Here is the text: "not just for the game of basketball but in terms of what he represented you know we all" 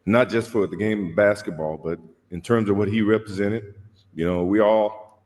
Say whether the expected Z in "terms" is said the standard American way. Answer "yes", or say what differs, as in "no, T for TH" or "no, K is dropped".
yes